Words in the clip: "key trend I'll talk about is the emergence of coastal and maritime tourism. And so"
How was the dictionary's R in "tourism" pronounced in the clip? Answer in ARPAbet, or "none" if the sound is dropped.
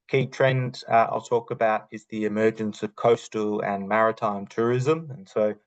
R